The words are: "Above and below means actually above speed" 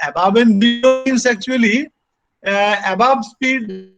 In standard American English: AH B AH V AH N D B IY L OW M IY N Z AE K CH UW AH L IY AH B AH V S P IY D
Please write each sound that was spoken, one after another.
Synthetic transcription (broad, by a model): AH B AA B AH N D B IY OW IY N S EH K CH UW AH L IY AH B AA B S P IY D